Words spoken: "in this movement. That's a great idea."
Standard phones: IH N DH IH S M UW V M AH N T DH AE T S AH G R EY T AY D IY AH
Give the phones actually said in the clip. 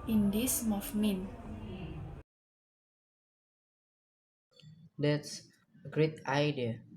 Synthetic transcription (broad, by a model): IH N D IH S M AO F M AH N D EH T S AH G R EY T AY D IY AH